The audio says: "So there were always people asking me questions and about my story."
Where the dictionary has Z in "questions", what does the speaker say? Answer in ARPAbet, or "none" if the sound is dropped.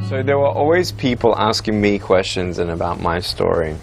Z